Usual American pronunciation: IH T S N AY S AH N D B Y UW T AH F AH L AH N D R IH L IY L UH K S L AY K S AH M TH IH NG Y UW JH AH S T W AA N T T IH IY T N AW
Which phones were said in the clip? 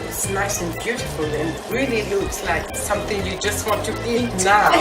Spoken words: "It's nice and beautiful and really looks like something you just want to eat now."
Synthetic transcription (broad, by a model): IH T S N AY S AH N B Y UW T AH F AH L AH N R IH L IY L UH K S L AY K S AH M TH IH NG Y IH JH AH S T W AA N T T IH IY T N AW